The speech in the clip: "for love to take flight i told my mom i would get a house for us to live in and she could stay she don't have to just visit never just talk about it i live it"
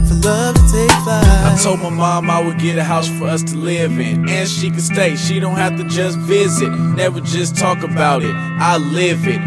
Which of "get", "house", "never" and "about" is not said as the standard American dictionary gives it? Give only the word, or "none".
never